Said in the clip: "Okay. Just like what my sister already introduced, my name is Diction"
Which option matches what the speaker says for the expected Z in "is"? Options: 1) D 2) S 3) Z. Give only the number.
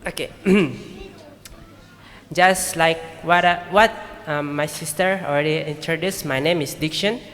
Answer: 2